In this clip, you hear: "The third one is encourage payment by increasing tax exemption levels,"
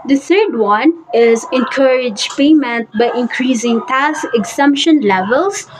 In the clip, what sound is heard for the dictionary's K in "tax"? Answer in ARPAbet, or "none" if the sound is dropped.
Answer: none